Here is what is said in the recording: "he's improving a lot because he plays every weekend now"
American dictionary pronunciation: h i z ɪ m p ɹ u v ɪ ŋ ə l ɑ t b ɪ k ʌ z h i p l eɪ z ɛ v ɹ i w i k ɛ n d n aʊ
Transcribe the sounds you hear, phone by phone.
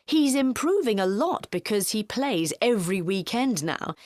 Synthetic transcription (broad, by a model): h i z ɪ m p ɹ u v ɪ ŋ ə l ɑ t b ɪ k ʌ z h i p l eɪ z ɛ v ɹ i w i k ɛ n d n aʊ